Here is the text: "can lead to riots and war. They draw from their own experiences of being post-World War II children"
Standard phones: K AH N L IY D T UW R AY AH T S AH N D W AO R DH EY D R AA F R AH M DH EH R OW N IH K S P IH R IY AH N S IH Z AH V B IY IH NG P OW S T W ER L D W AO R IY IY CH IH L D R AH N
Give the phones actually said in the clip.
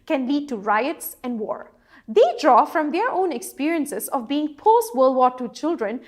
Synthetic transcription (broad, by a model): K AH N L IY D T UW R AY AH T S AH N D W AO R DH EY D R AA F R AH M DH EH R OW N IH K S P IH R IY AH N S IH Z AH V B IY IH NG P OW S T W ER L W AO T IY CH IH L D R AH N